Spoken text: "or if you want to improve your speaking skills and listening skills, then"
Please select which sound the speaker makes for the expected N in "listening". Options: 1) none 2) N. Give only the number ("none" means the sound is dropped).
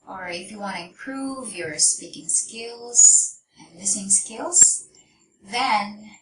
1